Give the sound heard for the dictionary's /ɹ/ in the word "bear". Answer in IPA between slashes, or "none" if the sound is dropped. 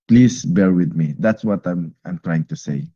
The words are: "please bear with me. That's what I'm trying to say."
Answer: /ɹ/